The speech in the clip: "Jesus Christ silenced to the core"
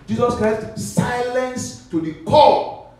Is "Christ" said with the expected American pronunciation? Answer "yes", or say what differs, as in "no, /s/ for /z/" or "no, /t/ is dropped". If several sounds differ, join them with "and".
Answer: yes